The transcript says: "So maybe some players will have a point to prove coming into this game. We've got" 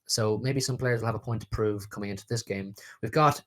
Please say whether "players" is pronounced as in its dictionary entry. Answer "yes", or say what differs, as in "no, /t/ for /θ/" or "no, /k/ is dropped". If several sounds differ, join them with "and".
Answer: yes